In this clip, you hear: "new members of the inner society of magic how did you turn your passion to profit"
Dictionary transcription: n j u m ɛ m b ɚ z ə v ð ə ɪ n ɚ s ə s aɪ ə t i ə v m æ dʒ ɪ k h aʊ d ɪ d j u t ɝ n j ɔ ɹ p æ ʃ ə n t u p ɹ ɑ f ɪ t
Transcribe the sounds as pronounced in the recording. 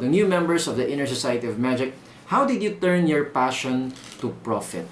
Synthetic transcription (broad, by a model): n j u m ɛ m b ɚ s ə v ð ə ɪ n ɚ s ə s aɪ ə t i ə v m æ dʒ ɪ k h aʊ d ɪ d j u t ɝ n j ɔ ɹ p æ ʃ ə n t u p ɹ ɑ f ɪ t